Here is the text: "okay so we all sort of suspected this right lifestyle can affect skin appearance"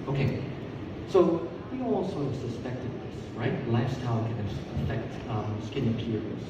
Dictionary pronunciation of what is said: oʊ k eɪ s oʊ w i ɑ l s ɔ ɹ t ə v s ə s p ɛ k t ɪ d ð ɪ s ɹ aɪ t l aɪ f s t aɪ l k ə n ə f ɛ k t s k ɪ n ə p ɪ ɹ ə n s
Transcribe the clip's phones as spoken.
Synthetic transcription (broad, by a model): oʊ k eɪ s oʊ w i ɑ l s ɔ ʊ ə v s ə s p ɛ k t ɪ d ð ɪ s ɹ aɪ t l aɪ f s t aɪ l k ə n ə f ɛ k t s k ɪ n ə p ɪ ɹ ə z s